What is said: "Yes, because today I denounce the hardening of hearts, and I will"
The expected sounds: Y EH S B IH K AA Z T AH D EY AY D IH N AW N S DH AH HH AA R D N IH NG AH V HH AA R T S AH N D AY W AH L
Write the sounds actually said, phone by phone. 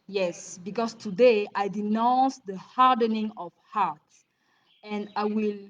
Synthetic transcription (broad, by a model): Y EH S B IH K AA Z T AH D EY AY D IH N AW N S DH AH HH AA R D N IH NG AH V HH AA R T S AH N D AY W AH L